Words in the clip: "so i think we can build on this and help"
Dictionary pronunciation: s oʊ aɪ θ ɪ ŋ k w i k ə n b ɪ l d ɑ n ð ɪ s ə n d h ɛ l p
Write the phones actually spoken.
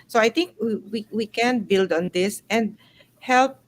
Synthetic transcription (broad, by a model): s oʊ aɪ t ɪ ŋ k w i k ə n b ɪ l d ɑ n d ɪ s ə n h ɛ l p